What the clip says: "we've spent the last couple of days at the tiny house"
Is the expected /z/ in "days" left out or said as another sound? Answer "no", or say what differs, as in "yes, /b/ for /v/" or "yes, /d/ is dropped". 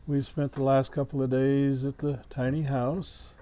no